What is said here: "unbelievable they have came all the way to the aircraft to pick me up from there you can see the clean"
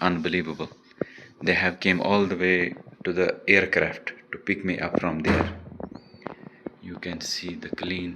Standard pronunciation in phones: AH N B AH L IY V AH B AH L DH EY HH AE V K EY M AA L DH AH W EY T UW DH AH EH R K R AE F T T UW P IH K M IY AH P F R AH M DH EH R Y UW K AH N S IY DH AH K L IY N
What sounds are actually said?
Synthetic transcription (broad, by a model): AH N B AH L IY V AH B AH L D EY HH AE V K EY M AA L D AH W EY T UW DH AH EH R K R AE F T T UW P IH K M IY AH P F R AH M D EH R Y UW K AH N S IY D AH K L IY N